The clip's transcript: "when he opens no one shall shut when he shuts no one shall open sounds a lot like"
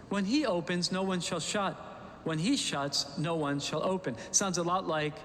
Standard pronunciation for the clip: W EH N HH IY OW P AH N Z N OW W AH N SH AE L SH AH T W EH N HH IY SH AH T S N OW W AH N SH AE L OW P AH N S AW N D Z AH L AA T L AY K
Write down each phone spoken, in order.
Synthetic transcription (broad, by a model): W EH N IY OW P AH N Z N OW W AH N SH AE L SH AH T W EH N IY SH AH T S N OW W AH N SH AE L OW P AH N S AW N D Z AH L AA T L AY K